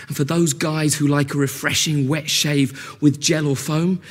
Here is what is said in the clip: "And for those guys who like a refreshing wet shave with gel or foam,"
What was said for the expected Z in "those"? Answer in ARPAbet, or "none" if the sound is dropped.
Z